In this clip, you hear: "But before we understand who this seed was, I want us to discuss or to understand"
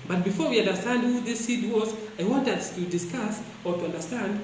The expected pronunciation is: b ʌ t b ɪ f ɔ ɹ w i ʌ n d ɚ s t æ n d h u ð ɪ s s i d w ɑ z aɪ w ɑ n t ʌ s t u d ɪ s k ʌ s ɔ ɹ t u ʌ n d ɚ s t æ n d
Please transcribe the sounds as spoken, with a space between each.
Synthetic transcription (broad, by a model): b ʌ t b ɪ f ɔ ɹ w i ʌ n d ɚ s t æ n d h u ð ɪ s s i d w ɑ z aɪ w ɑ n t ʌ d t u d ɪ s k ʌ s ɔ ɹ t u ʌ n d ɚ s t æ n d